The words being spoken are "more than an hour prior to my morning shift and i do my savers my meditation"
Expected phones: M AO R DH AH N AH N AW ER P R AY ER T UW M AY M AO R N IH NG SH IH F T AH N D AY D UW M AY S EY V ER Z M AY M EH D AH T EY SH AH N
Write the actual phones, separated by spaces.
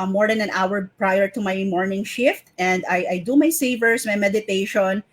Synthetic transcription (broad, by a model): M AO R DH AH N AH N AW ER P R AY ER T UW M AY M AO R N IH NG SH IH F T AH N D AY D UW M AY S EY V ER S M AY M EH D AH T EY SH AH N